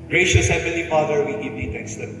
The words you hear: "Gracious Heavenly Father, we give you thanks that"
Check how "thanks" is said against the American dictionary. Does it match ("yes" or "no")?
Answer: no